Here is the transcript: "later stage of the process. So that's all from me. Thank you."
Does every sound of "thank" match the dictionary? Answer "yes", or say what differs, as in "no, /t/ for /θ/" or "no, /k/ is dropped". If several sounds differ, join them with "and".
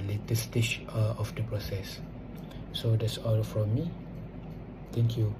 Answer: no, /t/ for /θ/